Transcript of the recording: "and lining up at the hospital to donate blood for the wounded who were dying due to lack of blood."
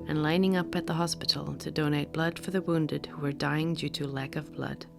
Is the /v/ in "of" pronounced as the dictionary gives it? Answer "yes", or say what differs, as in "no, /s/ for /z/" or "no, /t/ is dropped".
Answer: yes